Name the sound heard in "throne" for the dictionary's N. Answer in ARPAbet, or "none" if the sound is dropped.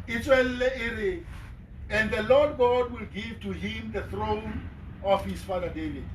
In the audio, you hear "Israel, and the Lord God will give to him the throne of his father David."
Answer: N